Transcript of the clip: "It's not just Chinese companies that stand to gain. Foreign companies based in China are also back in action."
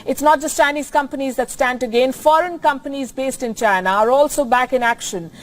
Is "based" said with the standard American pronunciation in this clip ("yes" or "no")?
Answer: yes